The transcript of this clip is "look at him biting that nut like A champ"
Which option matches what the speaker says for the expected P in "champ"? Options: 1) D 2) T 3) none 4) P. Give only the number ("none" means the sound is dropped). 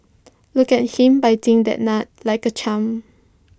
3